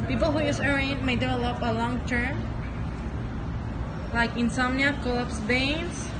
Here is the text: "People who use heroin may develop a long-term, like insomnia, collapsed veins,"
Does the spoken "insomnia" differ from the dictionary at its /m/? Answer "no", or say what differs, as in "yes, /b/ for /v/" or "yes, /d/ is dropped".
no